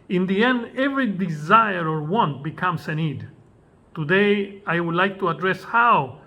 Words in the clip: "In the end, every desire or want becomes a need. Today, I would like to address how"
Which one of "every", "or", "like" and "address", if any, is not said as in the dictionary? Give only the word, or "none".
none